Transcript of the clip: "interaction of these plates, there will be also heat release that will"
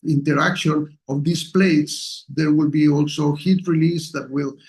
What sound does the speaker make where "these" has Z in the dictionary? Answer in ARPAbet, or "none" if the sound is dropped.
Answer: S